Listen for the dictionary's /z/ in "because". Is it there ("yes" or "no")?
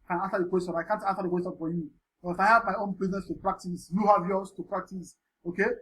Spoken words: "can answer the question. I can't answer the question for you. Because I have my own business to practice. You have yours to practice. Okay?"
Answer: no